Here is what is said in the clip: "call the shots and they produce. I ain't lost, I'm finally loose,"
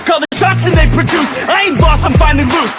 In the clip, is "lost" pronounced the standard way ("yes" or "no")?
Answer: no